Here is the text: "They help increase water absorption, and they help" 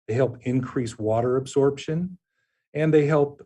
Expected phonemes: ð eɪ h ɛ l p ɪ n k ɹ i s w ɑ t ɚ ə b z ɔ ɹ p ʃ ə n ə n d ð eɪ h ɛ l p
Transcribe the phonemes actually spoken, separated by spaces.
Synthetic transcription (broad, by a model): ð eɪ h ɛ l p ɪ n k ɹ i s w ɑ t ɚ ə b z ɔ ɹ p ʃ ə n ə n ð eɪ h ɛ l p